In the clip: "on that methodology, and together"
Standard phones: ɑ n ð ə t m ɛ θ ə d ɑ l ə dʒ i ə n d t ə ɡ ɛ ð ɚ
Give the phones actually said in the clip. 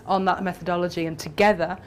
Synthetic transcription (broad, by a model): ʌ n ð ə t m ɛ θ ə d ɑ l ə dʒ i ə n t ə ɡ ɛ ð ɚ